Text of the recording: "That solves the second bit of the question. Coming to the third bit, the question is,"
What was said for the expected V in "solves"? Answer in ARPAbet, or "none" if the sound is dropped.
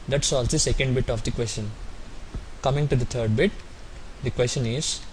none